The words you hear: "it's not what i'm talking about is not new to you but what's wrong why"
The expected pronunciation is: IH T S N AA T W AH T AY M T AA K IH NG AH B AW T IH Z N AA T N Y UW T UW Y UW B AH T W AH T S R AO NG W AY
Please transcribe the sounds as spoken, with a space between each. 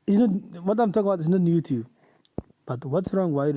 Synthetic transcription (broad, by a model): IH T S N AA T W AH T AY M T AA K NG AH B AW T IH S N AA T N Y UW T UW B B AH T W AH T S R AO NG W AY